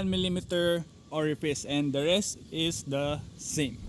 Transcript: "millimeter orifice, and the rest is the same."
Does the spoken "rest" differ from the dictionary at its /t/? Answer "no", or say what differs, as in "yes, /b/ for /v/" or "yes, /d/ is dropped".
no